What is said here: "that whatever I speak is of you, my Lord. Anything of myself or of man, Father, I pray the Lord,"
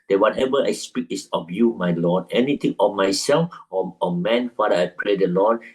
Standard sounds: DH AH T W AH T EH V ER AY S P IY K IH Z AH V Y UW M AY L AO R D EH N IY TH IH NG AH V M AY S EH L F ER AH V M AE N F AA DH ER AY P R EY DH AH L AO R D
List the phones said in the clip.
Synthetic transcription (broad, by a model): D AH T W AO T EH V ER AY S P IY K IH S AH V Y UW M AY L AO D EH N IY T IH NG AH M AY S EH L F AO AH M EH N F AA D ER AY P R EY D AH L AO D